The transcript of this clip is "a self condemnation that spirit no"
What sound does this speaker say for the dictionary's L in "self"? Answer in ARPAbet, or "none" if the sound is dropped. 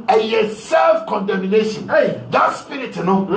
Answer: L